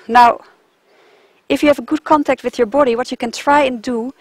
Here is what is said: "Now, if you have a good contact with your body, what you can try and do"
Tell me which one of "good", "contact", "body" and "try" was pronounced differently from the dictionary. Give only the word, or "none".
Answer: none